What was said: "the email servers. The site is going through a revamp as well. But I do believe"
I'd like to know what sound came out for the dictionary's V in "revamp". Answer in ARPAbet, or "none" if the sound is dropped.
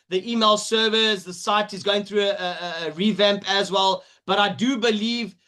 V